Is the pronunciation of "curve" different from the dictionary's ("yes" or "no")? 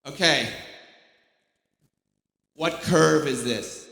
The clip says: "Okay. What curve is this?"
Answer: no